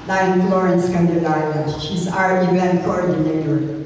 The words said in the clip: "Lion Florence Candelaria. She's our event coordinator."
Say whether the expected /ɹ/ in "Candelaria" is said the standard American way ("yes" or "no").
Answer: no